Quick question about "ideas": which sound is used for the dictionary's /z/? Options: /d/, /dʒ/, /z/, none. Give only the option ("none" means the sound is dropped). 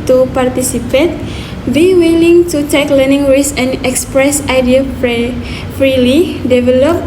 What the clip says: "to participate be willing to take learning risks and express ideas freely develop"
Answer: none